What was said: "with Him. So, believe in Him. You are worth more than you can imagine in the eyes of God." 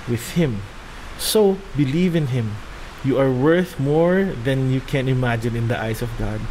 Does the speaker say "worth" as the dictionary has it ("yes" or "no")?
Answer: yes